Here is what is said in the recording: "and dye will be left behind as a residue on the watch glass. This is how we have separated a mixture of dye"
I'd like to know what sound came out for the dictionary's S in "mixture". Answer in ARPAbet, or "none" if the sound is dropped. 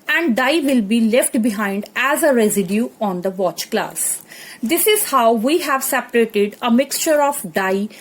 S